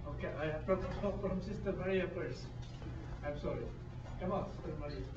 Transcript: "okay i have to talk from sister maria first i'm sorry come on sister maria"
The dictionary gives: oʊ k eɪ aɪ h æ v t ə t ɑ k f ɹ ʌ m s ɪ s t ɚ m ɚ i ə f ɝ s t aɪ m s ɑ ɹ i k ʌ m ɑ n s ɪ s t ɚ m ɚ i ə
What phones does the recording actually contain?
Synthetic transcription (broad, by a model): oʊ k eɪ aɪ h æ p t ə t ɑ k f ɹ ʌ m s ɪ s t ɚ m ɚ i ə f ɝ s aɪ m s ɑ ɹ i k ʌ m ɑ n s ɪ s t ɚ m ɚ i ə